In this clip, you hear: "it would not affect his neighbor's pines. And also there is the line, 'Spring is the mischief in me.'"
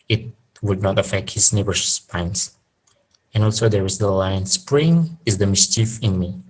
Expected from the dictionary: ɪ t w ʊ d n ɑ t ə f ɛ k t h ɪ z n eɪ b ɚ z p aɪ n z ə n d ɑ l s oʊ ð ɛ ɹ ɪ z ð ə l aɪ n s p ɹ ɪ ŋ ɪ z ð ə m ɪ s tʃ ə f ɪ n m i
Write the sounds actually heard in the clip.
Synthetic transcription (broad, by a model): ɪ t w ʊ d n ɑ t ə f ɛ k t h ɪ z n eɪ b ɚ s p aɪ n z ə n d ɑ l s oʊ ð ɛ ɹ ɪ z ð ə l aɪ n s p ɹ ɪ ŋ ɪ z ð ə m ɪ s tʃ ə f ɪ n m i